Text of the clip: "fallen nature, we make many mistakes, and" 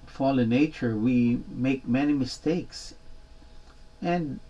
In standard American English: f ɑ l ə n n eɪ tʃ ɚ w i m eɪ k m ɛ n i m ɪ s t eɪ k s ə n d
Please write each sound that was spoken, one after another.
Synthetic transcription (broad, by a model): f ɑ l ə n n eɪ tʃ ɚ w i m eɪ k m ɛ n i m ɪ s t eɪ k s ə n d